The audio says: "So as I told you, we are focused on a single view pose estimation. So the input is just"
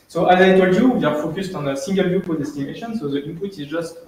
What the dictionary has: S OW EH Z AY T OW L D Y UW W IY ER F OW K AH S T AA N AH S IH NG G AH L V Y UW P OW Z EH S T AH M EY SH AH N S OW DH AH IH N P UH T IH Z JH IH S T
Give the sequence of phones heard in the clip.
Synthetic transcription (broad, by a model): S OW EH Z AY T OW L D Y UW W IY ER F OW K AH S T AA N AH S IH NG G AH L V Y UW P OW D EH S T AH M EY SH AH N S OW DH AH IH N P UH T IH Z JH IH S T